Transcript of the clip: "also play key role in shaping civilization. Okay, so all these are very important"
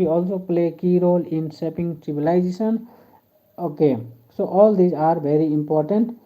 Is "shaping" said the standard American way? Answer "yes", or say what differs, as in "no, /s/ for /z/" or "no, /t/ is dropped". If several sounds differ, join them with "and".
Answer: no, /s/ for /ʃ/